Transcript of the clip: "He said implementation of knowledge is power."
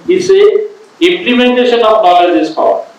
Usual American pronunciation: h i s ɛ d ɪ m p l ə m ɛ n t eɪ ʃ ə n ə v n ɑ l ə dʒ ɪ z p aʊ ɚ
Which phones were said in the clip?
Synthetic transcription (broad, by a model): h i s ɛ ɪ m p l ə m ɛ n t eɪ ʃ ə n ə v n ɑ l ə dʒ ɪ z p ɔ